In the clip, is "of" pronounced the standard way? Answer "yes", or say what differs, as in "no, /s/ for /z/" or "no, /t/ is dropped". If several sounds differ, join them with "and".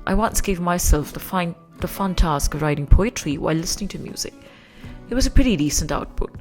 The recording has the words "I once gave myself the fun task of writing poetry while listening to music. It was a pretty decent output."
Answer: yes